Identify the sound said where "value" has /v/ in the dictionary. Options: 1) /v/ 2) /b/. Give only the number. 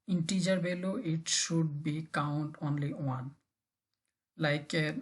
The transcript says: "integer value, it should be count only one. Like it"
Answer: 2